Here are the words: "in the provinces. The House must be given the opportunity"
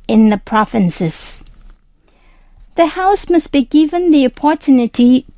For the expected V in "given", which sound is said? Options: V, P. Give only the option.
V